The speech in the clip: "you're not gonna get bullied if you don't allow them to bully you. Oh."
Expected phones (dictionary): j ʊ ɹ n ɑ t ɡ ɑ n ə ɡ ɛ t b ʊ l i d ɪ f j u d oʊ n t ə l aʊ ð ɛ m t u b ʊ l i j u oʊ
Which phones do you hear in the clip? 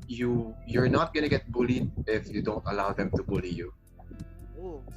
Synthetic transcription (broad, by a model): j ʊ ɹ n ɑ t ɡ ɑ n ə ɡ ɛ t b ʊ l i d ɪ f j u d oʊ n t ə l aʊ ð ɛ m t u b ʊ l i j u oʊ